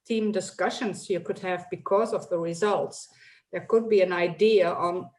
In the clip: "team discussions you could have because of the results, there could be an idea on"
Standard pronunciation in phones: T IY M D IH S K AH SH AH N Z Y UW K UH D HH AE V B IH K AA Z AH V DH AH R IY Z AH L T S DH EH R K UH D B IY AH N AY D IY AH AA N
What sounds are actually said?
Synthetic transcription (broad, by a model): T IY M D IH S K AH SH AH N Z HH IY K UH D HH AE V B IH K AA Z AH V DH AH R IY Z AH L T S DH EH R K UH D B IY AH N AY D IY AH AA N